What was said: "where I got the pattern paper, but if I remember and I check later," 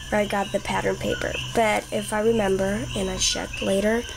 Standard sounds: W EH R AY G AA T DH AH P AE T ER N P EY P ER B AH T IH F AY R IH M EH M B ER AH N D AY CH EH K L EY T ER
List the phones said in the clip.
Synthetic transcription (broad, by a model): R AY G AA T DH AH P AE T ER N P EY P ER B AH T IH F AY R IH M EH M B ER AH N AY SH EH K L EY T ER